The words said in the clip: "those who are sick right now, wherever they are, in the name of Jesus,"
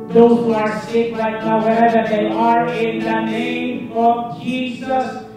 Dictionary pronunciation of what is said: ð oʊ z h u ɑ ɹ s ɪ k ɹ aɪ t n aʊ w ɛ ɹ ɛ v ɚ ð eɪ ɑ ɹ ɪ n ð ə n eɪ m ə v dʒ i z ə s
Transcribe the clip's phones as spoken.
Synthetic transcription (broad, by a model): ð oʊ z h u ɑ ɹ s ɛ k l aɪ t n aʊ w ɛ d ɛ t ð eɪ ɑ ɹ ɪ n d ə n eɪ m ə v dʒ i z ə s